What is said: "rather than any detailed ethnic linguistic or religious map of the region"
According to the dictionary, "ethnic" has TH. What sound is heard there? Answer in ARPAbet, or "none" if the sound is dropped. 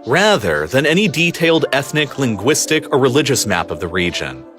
TH